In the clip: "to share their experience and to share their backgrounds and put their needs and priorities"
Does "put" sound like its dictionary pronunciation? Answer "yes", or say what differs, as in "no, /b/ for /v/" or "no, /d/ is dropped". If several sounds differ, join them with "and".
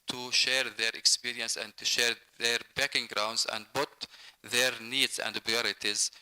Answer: no, /b/ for /p/